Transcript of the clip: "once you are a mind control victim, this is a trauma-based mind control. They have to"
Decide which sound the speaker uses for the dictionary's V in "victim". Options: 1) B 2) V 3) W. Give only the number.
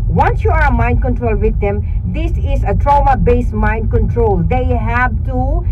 3